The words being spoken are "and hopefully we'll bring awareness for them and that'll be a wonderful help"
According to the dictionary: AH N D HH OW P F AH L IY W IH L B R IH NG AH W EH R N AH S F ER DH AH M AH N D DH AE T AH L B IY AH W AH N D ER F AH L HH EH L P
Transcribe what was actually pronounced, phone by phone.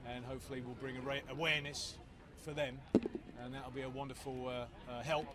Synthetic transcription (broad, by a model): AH N HH OW P F AH L IY W IH L B R IH NG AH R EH W N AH S F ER DH AH M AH N DH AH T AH L B IY AH W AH N D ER F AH L HH EH L P